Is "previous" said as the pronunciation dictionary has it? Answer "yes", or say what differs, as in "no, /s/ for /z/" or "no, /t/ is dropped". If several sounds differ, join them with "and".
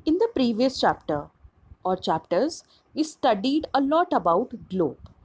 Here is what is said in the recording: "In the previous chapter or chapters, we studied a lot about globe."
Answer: yes